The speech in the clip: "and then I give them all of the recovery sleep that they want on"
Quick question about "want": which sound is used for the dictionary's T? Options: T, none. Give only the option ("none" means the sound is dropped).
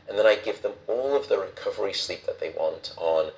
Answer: T